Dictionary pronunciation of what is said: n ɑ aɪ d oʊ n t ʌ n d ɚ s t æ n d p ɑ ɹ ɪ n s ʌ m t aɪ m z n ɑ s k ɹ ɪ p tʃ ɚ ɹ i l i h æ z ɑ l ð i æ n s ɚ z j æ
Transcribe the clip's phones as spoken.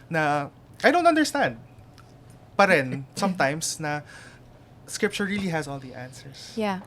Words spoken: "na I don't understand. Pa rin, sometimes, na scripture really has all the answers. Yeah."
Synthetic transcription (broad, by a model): n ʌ aɪ d oʊ n t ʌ n d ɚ s t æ n d p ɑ ɹ ɪ n s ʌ m t aɪ m s n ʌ s k ɹ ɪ p tʃ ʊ ɹ i l i h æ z ɑ l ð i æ n s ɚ s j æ